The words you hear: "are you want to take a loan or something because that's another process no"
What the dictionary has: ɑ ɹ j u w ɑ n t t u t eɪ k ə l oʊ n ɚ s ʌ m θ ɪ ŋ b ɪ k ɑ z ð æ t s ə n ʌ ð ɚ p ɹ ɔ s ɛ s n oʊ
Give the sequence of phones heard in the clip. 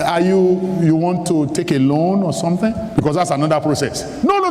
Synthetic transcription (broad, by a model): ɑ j j u w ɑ n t t u t eɪ k ə l oʊ n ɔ s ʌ m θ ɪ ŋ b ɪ k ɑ s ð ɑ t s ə n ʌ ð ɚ p ɹ ɔ s ɛ s n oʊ